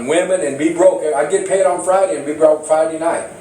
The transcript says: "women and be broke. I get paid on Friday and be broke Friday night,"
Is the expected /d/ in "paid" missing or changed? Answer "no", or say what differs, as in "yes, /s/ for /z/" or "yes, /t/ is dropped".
no